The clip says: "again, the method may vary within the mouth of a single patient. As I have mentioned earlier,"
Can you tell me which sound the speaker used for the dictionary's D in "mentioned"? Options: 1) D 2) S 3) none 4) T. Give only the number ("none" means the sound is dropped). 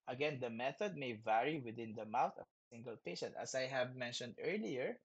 1